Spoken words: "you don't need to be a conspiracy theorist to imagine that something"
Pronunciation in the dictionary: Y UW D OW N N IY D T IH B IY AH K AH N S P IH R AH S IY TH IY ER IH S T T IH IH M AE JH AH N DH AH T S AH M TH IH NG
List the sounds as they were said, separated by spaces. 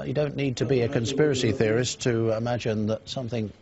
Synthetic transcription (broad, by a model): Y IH D OW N N IY D T IH B IY AH K AH N S P IH R AH S IY TH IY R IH S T T IH IH M AE JH AH N DH AH T S AH M TH IH NG